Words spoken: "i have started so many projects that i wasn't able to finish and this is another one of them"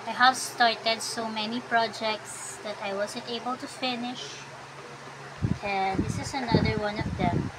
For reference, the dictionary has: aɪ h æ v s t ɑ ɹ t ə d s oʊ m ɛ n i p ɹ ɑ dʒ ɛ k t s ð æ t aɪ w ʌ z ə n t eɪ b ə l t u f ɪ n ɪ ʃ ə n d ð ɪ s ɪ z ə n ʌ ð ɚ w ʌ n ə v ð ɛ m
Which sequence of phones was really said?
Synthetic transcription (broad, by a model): aɪ h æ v s t ɑ ɹ t ə d s oʊ m ɛ n i p ɹ ɑ dʒ ɛ k t s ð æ t aɪ w ʌ z ə n t eɪ b ə l t u f ɪ n ɪ ʃ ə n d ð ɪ s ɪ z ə n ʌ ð ɚ w ʌ n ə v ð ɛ m